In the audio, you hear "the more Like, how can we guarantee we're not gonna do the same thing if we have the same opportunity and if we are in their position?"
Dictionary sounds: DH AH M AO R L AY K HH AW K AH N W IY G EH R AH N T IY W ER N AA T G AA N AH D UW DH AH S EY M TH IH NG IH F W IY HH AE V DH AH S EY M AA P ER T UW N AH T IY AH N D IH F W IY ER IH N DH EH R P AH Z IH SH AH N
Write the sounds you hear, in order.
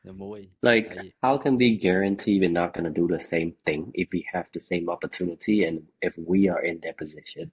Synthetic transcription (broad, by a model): L AY K HH AW K AH N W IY G EH R AH N T IY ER N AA T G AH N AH D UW DH AH S EY M TH IH NG IH F W IY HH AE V DH AH S EY M AA P ER T UW N AH T IY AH N IH F W IY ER IH N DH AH R P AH Z IH SH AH N